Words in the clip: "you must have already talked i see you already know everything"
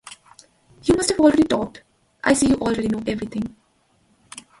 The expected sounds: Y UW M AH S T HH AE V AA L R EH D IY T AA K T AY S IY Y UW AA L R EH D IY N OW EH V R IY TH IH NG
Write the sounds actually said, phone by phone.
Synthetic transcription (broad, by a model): Y UW M AH S T HH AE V AA L R EH D IY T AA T T AY S IY Y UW AA L R EH D IY N OW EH V R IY T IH NG